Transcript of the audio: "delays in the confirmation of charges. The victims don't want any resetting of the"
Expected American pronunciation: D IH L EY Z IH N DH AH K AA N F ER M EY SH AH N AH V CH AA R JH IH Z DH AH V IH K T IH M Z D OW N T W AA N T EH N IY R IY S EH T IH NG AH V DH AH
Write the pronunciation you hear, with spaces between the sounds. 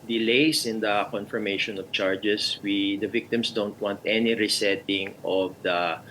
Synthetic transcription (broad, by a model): D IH L EY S IH N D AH K AA N F ER M EY SH AH N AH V CH AA R JH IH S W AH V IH K T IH M S D OW N T W AA N T EH N IY R IY S EH T IH NG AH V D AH